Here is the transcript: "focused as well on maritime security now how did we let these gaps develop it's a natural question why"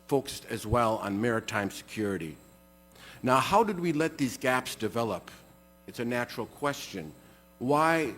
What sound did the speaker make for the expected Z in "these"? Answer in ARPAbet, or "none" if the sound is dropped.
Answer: Z